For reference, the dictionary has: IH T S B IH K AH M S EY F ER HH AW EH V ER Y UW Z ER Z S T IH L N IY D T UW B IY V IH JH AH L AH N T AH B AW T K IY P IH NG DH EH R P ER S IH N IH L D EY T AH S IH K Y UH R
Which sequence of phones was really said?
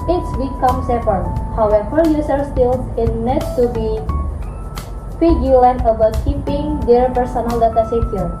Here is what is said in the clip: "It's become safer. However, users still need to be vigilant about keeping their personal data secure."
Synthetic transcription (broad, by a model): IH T S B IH K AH M S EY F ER HH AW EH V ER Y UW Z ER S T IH N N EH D T UW B IY F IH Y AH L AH N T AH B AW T K IY P IH NG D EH R P ER S IH N IH L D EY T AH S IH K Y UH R